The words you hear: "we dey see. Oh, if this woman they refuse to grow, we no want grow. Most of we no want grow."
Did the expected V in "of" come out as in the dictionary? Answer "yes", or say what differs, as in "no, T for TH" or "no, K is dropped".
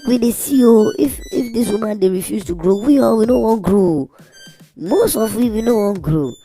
no, W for V